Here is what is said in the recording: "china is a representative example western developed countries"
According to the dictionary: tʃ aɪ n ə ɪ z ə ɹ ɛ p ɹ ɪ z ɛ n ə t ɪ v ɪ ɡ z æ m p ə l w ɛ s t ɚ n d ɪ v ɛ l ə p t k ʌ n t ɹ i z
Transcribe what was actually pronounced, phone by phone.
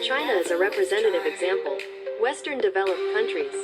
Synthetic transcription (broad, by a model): tʃ aɪ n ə ɪ z ə ɹ ɛ p ɹ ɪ z ɛ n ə t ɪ v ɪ ɡ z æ m p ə l w ɛ s t ɚ n d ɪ v ɛ l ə p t k ʌ n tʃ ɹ i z